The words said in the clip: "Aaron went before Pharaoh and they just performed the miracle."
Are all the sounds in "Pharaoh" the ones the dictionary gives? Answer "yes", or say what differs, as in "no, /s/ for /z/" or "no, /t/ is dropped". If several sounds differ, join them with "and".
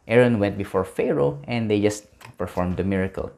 yes